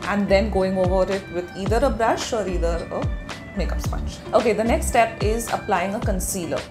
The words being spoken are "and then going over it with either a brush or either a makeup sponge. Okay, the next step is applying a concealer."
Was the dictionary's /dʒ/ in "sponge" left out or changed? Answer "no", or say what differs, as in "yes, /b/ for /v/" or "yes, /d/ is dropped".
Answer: yes, /tʃ/ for /dʒ/